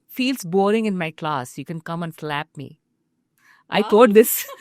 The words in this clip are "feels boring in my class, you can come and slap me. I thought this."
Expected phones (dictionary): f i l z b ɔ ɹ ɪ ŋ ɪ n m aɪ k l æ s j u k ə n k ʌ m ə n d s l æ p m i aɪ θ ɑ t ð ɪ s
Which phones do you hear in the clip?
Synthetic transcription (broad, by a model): f i l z b ɔ ɹ ɪ ŋ ɪ n m aɪ k l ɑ s j u k ə n k ʌ m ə n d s l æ p m i aɪ t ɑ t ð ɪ s